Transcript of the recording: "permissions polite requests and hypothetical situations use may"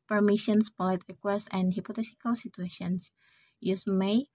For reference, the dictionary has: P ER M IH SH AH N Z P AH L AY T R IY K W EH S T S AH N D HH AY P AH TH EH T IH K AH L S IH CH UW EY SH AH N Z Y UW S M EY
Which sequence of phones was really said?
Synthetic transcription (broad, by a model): P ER M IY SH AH N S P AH L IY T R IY K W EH S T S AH N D HH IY P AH T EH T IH K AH L S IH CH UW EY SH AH N S Y UW S M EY